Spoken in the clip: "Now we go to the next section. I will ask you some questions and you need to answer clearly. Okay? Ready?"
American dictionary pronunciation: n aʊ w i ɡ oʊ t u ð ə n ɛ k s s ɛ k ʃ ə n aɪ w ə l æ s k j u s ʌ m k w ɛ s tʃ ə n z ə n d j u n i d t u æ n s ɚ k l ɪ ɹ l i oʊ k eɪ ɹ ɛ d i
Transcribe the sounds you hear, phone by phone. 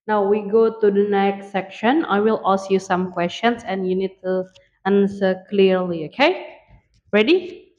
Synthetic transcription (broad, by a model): n aʊ w i ɡ oʊ t u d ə n ɛ k s s ɛ k ʃ ə n aɪ w ə l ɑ s j u s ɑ m k w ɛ s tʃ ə n s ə n j u n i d t u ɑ n s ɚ k l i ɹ l i oʊ k eɪ ɹ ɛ d i